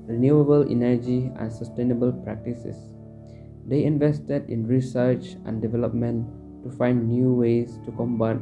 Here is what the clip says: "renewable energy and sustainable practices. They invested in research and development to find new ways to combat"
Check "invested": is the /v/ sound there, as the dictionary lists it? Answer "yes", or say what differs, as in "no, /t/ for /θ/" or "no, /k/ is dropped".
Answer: yes